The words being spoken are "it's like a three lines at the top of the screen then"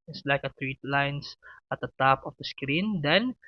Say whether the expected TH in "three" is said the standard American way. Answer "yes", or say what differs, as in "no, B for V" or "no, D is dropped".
no, T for TH